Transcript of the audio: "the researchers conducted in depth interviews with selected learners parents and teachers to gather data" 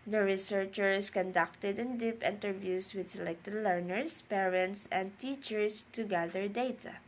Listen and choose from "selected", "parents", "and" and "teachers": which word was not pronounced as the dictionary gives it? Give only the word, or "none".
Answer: teachers